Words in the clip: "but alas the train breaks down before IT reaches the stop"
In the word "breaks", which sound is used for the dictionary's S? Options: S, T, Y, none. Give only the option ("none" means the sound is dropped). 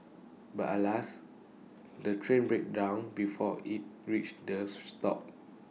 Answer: none